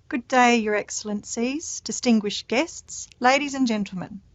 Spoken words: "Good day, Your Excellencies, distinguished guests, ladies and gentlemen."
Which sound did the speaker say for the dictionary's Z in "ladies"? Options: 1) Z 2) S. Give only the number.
1